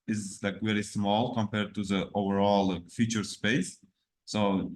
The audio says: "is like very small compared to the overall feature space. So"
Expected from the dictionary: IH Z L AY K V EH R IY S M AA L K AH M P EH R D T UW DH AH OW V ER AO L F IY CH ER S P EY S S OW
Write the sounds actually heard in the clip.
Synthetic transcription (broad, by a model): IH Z L AY K V EH R IY S M AA L K AH M P EH R D T UW DH AH OW V ER AO L F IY CH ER S P EY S S OW